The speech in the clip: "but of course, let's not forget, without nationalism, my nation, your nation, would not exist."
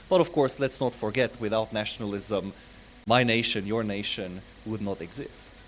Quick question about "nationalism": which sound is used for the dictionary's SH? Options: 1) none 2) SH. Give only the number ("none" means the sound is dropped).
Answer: 2